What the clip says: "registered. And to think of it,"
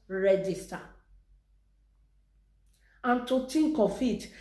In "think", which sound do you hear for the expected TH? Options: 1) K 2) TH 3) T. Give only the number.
3